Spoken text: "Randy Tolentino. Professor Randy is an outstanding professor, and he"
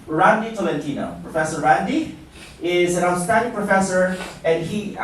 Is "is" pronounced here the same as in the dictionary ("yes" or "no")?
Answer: yes